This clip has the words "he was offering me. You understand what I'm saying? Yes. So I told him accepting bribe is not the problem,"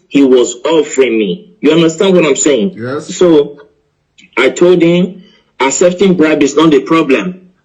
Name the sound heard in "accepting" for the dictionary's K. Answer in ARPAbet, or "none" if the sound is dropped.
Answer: none